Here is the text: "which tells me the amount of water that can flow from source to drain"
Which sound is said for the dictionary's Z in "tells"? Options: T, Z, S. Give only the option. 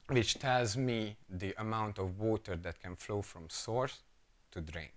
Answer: Z